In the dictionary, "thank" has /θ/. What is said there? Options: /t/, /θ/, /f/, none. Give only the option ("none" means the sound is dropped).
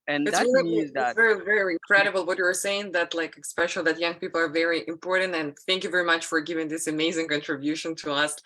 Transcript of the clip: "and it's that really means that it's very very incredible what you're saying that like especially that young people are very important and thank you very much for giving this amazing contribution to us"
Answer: /θ/